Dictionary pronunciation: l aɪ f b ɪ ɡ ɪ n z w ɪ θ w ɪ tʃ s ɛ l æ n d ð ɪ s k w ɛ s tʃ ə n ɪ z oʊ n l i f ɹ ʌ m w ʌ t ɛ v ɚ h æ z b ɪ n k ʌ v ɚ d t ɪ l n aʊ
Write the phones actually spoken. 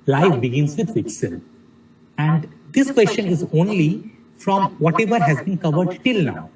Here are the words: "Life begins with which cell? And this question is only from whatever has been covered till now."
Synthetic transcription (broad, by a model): l aɪ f b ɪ ɡ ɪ n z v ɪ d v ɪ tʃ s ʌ n æ n d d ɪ s k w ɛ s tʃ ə n ɪ z oʊ n l i f ɹ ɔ m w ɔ t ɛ v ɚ h æ z b ɪ n k ʌ v ɚ d t ɪ l n aʊ